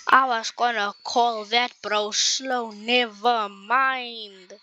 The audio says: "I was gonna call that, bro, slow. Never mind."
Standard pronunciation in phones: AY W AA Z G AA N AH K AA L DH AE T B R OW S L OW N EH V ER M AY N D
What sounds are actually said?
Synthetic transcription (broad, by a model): AY W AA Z G AA N AH K AA L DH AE T B R OW S L OW N EH V ER M AY N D